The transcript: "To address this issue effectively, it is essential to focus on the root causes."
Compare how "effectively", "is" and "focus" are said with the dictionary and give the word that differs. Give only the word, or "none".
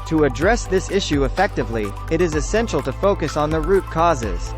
none